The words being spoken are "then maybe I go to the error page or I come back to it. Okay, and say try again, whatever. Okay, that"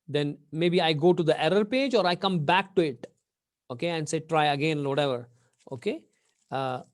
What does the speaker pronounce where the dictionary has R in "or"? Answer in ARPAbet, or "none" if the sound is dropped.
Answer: R